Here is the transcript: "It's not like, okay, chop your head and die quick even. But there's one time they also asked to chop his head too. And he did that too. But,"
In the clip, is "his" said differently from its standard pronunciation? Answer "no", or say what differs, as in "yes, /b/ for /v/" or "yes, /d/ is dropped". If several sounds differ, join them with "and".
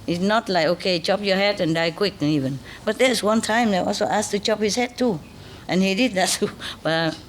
yes, /s/ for /z/